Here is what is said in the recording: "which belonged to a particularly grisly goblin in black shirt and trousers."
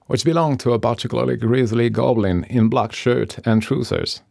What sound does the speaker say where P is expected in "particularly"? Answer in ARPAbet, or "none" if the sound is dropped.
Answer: B